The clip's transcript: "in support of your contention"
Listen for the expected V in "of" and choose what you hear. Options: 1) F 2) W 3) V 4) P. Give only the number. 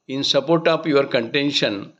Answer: 4